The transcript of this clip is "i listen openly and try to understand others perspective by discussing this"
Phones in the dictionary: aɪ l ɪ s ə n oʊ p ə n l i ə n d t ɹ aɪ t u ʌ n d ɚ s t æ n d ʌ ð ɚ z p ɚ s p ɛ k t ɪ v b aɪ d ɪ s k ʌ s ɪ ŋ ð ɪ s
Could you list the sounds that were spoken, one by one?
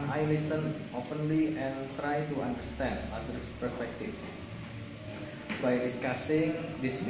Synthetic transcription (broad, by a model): aɪ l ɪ s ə n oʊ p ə n l i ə n t ɹ aɪ t u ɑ n d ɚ s t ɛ n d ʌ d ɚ s p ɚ s p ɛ k t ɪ f b aɪ d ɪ s k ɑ s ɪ ŋ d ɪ s